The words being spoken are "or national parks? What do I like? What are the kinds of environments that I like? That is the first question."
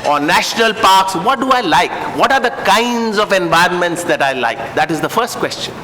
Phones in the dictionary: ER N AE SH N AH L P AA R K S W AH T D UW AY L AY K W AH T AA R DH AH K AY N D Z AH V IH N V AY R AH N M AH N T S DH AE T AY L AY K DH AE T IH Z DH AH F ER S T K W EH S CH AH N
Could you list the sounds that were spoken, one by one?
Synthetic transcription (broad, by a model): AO N AE SH N AH L P AA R K S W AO T D UW AY L AY K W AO T AA R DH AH K AY N D Z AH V IH N V AY R AH N M AH N T S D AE T AY L AY K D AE T IH Z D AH F ER S T K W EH S CH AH N